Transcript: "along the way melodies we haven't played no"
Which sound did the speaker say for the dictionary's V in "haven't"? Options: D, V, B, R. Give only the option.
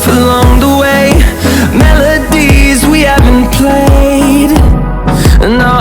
V